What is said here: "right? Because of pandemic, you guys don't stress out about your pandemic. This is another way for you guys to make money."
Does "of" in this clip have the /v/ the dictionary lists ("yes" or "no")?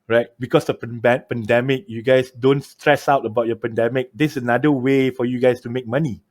no